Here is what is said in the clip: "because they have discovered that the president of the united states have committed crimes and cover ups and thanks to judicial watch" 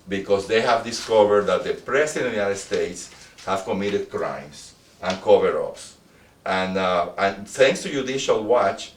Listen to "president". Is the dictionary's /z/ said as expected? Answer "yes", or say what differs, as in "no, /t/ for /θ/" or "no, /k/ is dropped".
no, /s/ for /z/